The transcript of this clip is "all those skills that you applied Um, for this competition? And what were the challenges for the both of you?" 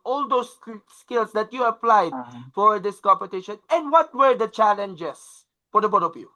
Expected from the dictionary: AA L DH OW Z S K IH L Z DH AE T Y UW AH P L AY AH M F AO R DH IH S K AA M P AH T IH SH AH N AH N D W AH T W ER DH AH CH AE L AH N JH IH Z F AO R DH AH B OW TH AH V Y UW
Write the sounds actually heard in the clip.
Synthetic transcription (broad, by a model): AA L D OW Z S K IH L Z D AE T Y UW AH P L AY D F AO R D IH S K AA M P AH T IH SH AH N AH N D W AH T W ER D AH CH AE L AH N JH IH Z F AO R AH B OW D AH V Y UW